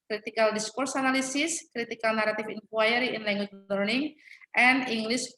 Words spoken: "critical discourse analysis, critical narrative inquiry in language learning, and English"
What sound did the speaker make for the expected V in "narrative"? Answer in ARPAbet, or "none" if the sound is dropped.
F